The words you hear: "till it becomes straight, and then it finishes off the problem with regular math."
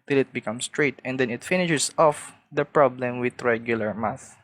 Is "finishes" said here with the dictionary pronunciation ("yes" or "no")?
no